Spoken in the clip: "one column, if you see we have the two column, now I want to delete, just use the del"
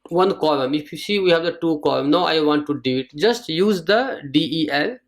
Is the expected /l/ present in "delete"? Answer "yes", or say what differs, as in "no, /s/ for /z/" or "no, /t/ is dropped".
no, /l/ is dropped